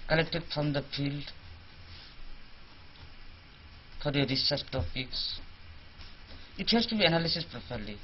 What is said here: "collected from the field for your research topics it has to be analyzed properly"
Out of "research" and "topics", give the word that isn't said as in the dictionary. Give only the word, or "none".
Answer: research